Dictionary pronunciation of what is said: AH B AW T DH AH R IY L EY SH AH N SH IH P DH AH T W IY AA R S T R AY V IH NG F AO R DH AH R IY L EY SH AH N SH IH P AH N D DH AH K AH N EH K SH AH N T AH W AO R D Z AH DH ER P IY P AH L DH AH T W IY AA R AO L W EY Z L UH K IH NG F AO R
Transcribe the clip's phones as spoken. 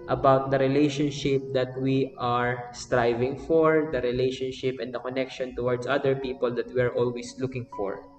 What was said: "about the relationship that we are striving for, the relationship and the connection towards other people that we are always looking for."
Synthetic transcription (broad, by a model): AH B AW T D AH R IY L EY SH AH N SH IH P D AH T W IY AA R S T R AY V IH NG F AO R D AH R IY L EY SH AH N SH IH P AH N D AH K AH N EH K SH AH N T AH W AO R D S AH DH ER P IY P AH L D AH T W IY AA R AO L W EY S L UH K IH NG F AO R